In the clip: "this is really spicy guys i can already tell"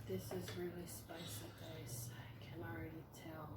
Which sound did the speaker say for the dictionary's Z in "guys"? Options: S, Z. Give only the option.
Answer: S